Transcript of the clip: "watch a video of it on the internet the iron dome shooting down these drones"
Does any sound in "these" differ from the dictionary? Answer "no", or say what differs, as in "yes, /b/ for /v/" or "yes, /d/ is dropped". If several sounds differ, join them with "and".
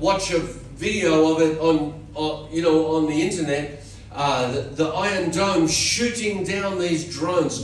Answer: no